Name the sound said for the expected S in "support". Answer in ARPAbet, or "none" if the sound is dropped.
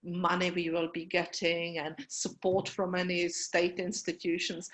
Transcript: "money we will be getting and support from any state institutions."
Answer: S